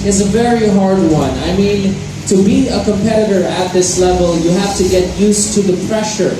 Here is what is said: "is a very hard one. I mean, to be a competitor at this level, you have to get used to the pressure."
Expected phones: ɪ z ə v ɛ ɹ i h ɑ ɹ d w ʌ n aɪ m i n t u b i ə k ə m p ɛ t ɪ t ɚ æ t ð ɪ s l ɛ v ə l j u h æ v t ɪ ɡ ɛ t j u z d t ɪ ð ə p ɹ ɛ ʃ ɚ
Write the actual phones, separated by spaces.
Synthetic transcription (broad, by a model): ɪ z ə v ɛ ɹ i h ɑ ɹ d w ʌ n aɪ m i n t u b i ə k ə m p ɛ t ɪ t ɚ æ t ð ɪ s l ɛ v ə l j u h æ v t ɪ ɡ ɛ t j u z t ɪ ð ə p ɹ ɛ ʃ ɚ